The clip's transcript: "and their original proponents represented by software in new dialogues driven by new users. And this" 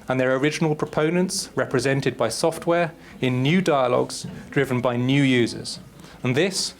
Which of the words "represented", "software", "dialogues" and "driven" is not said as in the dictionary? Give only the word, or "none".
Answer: none